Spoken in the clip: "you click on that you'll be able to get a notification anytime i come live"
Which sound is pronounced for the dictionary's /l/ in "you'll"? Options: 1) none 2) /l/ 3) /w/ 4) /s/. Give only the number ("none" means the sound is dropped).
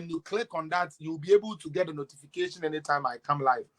3